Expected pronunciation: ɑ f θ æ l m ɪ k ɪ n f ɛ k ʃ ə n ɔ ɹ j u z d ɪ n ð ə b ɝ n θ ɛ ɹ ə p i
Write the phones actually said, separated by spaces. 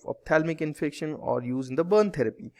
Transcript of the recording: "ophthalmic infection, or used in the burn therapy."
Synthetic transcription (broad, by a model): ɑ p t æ l m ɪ k ɪ n f ɛ k ʃ ə n ɔ ɹ j u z ɪ n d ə b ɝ n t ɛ ɹ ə p i